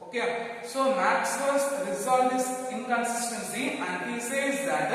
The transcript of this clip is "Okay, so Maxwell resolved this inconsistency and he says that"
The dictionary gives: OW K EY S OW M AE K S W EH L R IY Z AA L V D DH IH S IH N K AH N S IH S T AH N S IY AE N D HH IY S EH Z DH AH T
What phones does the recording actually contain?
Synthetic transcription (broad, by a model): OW K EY S OW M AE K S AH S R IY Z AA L D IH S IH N K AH N S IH S T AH N S IY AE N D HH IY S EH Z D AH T